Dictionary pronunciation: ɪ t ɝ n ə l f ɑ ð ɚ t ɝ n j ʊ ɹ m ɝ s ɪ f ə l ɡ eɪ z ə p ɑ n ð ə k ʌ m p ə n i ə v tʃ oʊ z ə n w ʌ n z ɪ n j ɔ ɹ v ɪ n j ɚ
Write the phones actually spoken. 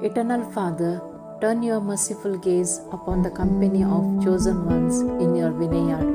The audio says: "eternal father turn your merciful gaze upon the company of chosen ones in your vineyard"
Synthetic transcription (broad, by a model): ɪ t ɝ n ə l f ɑ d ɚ t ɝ n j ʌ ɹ m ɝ s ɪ f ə l ɡ eɪ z ə p ɑ n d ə k ʌ m p ə n i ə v tʃ oʊ z ə n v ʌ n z ɪ n j ɔ ɹ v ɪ n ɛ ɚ